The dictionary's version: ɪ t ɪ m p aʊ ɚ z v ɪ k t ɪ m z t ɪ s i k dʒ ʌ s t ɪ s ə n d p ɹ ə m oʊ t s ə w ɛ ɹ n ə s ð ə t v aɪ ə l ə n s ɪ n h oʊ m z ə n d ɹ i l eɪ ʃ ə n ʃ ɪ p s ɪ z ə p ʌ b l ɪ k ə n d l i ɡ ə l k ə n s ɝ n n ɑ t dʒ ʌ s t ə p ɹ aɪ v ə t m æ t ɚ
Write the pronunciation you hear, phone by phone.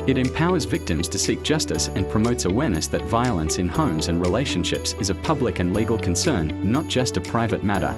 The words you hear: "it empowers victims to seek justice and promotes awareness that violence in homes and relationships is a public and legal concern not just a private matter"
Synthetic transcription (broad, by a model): ɪ t ɪ m p aʊ ɚ z v ɪ k t ɪ m z t ɪ s i k dʒ ʌ s t ɪ s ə n p ɹ ə m oʊ t s ə w ɛ ɹ n ə s ð ə t v aɪ ə l ə n s ɪ n h oʊ m z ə n ɹ i l eɪ ʃ ə n ʃ ɪ p s ɪ z ə p ʌ b l ɪ k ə n l i ɡ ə l k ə n s ɝ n n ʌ t dʒ ʌ s t ə p ɹ aɪ v ə t m æ t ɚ